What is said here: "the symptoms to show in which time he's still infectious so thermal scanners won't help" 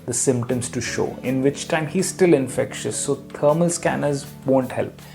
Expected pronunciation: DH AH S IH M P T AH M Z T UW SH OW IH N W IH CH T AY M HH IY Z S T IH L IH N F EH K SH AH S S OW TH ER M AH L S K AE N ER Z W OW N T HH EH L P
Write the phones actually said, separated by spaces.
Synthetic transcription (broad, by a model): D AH S IH M P T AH M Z T UW SH OW IH N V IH CH T AY M HH IY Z S T IH L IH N F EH K SH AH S S OW T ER M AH L S K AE N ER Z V OW N T HH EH L P